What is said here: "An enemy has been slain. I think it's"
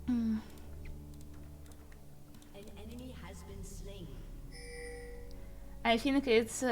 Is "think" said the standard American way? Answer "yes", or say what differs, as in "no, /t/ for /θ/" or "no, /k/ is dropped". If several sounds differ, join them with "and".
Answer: no, /f/ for /θ/